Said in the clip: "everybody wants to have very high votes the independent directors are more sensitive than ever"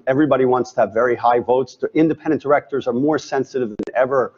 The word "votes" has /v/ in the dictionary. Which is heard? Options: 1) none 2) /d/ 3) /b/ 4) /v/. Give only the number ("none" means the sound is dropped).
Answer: 4